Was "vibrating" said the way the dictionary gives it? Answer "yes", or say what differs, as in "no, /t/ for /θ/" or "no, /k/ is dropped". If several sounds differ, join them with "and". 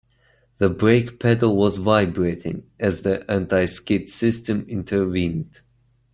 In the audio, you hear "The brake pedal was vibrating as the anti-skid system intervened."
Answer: yes